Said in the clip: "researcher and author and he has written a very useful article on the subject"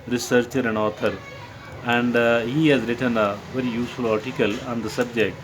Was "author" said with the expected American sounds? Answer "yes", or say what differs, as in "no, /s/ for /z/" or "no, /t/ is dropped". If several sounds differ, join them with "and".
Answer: no, /t/ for /θ/